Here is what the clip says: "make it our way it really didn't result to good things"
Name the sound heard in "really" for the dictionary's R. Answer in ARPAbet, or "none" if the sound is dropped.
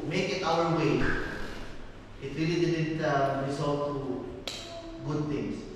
R